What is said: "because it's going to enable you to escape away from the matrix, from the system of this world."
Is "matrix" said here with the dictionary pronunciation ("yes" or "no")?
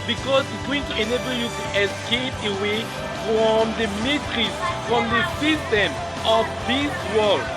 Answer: no